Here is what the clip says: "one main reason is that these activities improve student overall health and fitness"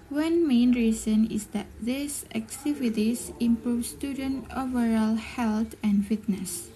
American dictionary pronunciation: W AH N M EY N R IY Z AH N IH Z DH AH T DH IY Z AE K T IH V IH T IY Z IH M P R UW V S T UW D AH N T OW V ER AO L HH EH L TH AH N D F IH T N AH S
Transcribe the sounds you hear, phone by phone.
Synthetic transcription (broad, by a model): W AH N M EY N R IY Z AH N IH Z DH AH T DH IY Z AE K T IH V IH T IY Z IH M P R UW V S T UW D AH N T OW V ER AO L HH EH L T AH N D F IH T N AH S